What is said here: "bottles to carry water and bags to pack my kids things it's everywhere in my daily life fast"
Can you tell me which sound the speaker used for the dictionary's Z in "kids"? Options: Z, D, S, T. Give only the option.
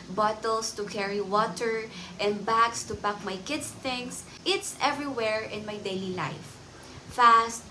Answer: S